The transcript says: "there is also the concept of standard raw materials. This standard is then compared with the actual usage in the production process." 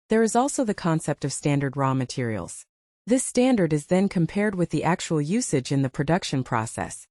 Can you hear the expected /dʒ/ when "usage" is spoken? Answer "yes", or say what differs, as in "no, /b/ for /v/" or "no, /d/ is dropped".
yes